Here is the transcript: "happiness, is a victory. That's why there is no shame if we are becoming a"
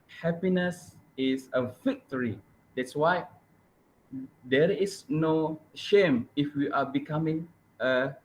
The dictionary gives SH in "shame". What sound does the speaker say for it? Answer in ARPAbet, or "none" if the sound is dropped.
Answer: SH